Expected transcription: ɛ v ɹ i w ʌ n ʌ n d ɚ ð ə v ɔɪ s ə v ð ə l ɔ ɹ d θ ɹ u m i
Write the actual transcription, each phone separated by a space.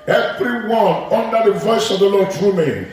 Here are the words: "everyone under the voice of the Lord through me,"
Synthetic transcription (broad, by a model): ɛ v ɹ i w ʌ n ʌ n d ɚ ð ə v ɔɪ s ə v ð ə l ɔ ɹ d t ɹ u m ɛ